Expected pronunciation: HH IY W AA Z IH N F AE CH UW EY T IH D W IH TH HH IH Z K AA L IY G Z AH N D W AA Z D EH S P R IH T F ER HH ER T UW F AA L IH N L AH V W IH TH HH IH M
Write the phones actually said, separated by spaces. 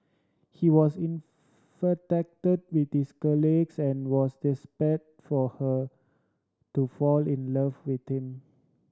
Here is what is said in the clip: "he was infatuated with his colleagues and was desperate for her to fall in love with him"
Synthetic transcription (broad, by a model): HH IY W AA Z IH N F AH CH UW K T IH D W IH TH HH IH S K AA L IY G S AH N W AA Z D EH S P IH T F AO HH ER T UW F AA L IH N L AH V W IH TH HH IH M